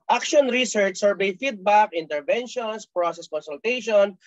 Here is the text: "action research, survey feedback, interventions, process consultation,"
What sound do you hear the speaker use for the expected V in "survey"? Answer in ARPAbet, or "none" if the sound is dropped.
B